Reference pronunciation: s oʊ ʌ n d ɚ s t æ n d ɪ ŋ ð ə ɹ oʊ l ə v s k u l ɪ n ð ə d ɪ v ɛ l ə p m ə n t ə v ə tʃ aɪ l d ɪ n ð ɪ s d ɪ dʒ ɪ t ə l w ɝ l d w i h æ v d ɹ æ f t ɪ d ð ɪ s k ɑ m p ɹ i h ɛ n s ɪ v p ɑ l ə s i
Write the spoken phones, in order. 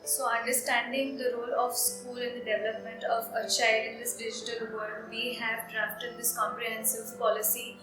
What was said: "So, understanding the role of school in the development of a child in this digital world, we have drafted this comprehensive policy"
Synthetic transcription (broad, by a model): s oʊ ʌ n d ɚ s t æ n d ɪ ŋ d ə ɹ oʊ l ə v s k u l ɪ n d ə d ɪ v ɛ l ə p m ə n t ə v ə tʃ aɪ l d ɪ n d ɪ s d ɪ dʒ ɪ t ə l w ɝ d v i h æ v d ɹ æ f t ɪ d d ɪ s k ɑ m p ɹ i h ɛ n s ɪ v p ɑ l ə s i